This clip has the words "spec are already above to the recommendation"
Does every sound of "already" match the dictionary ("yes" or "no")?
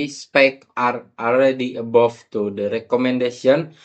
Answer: no